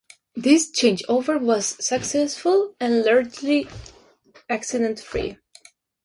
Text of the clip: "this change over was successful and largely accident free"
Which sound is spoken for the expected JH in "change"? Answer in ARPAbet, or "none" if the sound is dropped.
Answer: JH